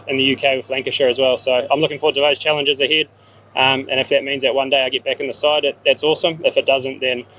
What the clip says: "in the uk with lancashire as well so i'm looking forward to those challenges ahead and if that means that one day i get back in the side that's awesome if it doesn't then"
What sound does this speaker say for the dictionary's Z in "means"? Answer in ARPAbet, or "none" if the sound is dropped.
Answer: Z